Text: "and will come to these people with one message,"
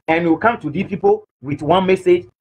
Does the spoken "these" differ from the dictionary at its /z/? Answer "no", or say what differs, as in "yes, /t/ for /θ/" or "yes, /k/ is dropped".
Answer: yes, /z/ is dropped